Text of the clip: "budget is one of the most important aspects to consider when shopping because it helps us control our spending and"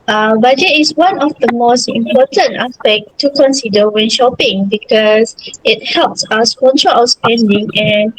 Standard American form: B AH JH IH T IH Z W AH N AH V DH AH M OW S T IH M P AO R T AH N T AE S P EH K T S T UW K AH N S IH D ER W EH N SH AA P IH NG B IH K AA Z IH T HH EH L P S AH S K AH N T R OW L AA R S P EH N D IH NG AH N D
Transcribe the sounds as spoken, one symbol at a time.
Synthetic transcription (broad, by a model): B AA JH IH T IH S W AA N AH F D AH M OW S T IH M P AO T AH N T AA S P EH K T T UW K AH N S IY D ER W EH N SH AA P IH NG B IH K AA S IH T HH EH L P S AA S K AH N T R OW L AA S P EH N D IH NG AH N